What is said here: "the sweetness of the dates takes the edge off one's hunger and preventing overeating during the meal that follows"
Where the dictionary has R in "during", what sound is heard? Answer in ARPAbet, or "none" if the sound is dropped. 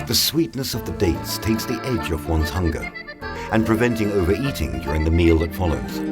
R